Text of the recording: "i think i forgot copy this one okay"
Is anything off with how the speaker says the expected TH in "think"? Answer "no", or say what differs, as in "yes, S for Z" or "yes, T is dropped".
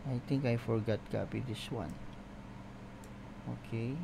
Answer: yes, T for TH